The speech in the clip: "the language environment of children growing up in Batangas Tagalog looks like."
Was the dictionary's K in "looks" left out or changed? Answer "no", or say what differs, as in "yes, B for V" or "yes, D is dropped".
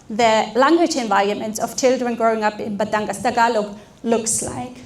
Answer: no